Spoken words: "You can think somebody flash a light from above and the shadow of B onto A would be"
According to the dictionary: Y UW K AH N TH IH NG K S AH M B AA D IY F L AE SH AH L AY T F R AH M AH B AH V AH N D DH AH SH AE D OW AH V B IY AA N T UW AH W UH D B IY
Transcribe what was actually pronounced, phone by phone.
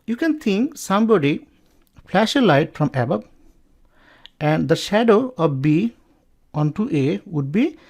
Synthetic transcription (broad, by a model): Y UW K AH N T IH NG K S AH M B AA D IY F L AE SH AH L AY T F R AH M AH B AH B AH N D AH SH AE D OW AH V B IY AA N T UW AH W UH D B IY